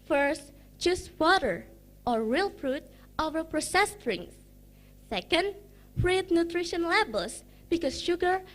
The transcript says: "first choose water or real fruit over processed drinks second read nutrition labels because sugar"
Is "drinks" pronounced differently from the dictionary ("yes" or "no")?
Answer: yes